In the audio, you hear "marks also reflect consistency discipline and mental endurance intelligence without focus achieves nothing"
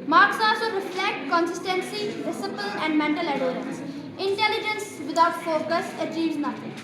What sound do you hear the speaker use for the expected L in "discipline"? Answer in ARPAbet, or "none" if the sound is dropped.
none